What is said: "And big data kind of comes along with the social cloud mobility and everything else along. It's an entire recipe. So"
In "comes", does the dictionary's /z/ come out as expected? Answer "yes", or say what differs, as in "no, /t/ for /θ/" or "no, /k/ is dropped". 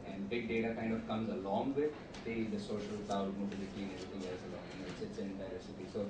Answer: yes